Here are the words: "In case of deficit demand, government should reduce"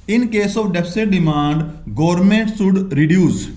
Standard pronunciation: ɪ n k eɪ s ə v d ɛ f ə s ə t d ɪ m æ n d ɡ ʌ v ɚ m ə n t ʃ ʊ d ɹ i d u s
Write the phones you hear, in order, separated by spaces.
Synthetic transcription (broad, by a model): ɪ n k eɪ s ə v d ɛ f s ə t d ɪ m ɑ n d ɡ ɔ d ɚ m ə n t s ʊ d ɹ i d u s